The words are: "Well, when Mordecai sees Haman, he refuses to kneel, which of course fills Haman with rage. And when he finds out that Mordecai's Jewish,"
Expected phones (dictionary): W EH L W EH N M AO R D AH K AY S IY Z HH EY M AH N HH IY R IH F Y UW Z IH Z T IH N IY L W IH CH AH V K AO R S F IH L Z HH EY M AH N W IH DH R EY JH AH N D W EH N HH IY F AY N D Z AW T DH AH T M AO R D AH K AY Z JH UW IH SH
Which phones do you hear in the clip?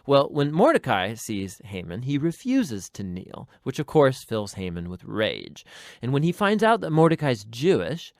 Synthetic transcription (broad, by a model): W EH L W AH N M AO R D AH K AY S IY Z HH EY M AH N IY R IH F Y UW Z IH Z T IH N IY L W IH CH AH V K AO R S F IH L Z HH EY M AH N W IH DH R EY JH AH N W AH N IY F AY N D Z AW T DH AH T M AO R D AH K AY Z JH UW IH SH